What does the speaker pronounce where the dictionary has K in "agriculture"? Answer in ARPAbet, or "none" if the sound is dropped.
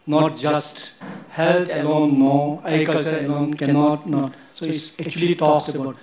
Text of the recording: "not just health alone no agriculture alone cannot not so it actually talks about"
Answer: none